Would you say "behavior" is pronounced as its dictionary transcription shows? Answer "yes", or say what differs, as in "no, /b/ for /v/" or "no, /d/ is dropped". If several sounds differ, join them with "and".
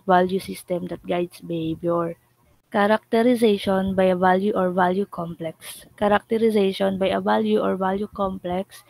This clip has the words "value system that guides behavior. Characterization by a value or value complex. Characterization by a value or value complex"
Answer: no, /b/ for /v/